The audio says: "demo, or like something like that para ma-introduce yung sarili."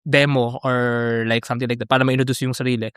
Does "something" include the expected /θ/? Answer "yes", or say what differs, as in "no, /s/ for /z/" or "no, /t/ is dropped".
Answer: no, /t/ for /θ/